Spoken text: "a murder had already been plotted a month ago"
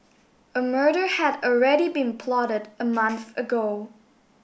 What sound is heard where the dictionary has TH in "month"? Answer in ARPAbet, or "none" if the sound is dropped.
TH